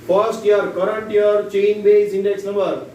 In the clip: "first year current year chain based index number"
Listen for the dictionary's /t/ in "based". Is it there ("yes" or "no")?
no